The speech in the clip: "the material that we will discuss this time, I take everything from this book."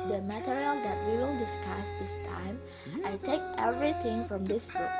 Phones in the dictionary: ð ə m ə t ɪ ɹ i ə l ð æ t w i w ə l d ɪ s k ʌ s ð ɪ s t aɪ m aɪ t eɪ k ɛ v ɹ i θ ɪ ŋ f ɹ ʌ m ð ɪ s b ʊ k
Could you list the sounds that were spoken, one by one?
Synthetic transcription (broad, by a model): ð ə m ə t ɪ ɹ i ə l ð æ t w i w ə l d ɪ s k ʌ s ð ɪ s t aɪ m aɪ t eɪ k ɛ v ɹ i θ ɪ ŋ f ɹ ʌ m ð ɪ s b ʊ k